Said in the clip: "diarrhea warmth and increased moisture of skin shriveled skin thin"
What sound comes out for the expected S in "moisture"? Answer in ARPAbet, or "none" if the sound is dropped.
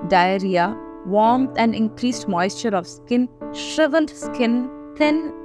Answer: S